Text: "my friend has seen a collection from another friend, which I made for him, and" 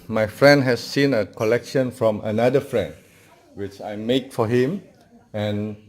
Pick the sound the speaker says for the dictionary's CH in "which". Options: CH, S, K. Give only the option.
CH